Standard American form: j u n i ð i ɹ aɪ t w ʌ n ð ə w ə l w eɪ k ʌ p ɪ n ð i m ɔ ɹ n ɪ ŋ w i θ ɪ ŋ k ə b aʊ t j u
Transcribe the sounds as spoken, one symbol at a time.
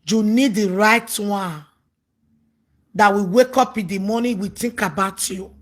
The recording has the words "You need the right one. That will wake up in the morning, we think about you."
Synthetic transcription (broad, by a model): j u n i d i ɹ aɪ t w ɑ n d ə w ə w eɪ k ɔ p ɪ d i m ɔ n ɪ w i t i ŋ k ə b aʊ t j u